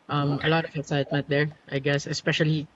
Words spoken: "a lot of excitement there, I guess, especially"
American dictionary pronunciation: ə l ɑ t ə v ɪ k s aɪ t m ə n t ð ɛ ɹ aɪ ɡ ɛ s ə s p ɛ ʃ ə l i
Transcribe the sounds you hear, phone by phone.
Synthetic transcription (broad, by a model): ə l ɑ t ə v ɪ s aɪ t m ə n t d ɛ ɹ aɪ ɡ ɛ s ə s p ɛ ʃ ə l i